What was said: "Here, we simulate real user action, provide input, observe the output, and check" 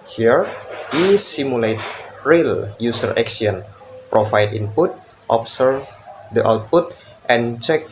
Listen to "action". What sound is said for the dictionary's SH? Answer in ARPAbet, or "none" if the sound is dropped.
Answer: S